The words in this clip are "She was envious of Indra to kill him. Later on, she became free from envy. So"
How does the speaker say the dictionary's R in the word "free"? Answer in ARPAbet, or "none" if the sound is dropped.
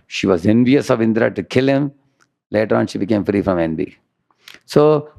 R